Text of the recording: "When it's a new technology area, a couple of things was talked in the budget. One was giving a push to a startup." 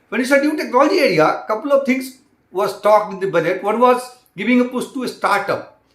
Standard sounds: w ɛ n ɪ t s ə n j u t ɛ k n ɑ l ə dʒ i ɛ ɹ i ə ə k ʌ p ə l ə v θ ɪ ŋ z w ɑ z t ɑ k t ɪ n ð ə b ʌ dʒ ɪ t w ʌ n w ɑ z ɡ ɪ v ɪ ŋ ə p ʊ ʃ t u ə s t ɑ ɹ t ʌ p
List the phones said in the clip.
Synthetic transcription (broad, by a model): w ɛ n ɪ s ə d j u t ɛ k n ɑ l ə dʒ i ɛ ɹ i ə k ʌ p ə l ə v t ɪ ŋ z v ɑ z t ɑ k t ɪ n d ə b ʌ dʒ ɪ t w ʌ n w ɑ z ɡ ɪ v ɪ ŋ ə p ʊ s t u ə s t ɑ ɹ t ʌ p